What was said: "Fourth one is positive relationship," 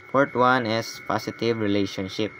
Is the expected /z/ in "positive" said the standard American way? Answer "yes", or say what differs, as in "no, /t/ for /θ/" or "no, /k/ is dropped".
no, /s/ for /z/